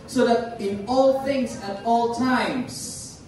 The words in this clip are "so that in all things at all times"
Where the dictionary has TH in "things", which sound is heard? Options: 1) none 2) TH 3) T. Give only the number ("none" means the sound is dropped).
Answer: 2